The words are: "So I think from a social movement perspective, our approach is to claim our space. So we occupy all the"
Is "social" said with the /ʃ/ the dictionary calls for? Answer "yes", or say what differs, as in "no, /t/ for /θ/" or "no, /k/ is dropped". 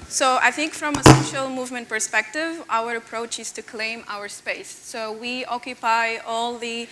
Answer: yes